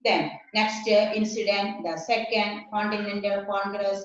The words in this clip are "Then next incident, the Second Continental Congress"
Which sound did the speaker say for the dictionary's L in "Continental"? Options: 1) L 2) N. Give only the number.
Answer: 1